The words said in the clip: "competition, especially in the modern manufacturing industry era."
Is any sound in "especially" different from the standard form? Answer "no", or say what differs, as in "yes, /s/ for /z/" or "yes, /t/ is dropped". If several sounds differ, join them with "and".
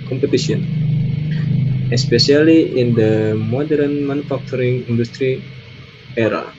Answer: yes, /s/ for /ʃ/